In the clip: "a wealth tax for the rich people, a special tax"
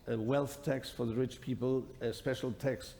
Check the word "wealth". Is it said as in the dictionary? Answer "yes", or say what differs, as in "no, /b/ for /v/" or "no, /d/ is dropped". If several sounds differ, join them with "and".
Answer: yes